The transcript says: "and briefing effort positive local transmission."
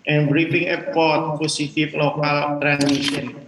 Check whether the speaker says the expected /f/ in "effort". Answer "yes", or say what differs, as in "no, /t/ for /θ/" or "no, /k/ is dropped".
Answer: no, /p/ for /f/